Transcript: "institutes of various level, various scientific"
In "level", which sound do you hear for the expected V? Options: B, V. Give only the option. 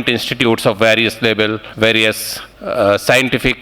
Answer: B